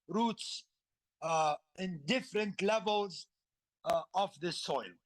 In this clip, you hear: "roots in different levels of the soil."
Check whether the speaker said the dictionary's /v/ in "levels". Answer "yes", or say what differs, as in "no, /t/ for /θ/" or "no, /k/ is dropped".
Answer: yes